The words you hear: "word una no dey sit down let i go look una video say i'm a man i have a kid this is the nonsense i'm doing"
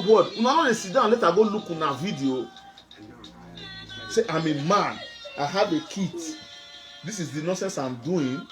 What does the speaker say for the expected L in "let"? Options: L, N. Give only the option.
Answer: L